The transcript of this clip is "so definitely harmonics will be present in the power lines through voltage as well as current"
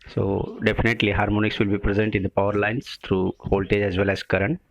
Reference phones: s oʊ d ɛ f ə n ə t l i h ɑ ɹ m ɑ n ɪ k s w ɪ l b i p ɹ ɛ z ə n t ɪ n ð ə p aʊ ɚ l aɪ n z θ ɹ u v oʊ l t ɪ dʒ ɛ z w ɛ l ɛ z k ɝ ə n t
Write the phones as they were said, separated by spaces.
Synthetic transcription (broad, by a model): s oʊ d ɛ f ə n ə t l i h ɑ ɹ m ɑ n ɪ k s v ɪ l b i p ɹ ɛ z ə n t ɪ n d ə p aʊ ɚ l aɪ n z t ɹ u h oʊ l t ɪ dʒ ɛ z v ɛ l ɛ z k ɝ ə n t